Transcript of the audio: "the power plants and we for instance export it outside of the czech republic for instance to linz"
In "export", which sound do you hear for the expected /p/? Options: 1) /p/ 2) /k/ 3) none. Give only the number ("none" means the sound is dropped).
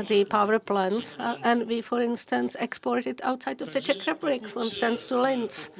1